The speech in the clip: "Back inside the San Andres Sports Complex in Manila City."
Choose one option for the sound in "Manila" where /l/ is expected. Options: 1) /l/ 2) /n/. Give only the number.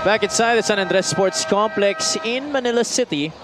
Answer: 1